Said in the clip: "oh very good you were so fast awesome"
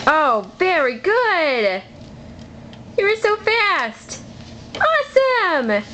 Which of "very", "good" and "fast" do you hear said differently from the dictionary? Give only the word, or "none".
none